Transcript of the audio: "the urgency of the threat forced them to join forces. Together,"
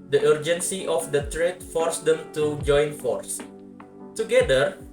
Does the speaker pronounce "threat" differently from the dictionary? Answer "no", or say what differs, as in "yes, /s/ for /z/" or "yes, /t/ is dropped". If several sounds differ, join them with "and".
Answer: yes, /t/ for /θ/